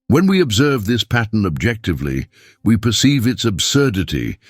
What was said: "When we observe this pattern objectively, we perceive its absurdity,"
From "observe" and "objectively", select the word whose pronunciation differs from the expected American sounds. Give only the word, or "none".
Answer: none